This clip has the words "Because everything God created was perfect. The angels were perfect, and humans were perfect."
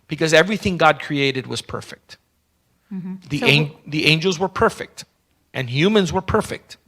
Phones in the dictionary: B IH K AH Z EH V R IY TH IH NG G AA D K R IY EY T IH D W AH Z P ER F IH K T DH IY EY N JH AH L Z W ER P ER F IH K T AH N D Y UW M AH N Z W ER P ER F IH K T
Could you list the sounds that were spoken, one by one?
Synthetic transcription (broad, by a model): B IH K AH Z EH V R IY TH IH NG G AA D K R IY EY T IH D W AH Z P ER F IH K T DH IY EY N JH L Z W ER P ER F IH K T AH N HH Y UW M AH N Z W ER P ER F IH K T